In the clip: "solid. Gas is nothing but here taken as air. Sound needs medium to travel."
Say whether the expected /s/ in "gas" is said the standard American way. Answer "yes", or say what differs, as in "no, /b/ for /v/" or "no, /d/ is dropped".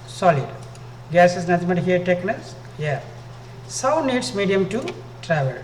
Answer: yes